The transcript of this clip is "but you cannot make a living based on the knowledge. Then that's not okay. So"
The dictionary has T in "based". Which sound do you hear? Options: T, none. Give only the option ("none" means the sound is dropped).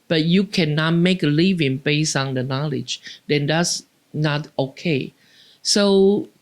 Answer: none